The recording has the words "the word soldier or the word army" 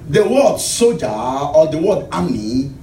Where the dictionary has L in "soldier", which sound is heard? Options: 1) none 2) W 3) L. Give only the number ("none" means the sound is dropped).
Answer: 1